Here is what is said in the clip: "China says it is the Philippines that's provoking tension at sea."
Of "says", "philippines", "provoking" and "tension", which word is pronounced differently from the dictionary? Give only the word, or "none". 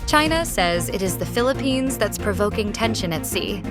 none